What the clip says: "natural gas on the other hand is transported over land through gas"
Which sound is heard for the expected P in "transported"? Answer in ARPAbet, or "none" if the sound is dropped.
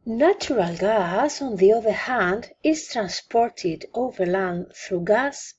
P